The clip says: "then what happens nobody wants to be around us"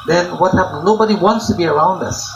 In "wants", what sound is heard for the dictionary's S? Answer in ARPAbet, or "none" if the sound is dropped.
S